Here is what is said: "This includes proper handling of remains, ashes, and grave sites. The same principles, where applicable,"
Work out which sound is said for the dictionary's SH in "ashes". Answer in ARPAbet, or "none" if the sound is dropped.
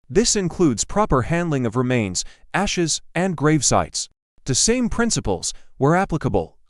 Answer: SH